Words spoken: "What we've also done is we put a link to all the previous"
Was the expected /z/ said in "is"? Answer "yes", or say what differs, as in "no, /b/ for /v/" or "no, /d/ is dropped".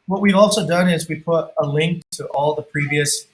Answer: yes